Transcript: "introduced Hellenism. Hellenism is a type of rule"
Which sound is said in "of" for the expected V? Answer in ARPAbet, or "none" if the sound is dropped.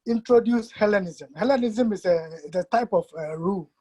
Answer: F